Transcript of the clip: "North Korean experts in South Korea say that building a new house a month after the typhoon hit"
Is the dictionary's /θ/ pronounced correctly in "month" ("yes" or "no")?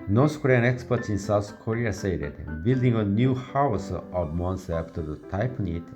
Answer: no